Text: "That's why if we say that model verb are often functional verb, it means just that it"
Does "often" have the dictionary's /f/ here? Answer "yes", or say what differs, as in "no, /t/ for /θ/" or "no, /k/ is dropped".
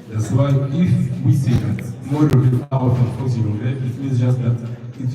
no, /f/ is dropped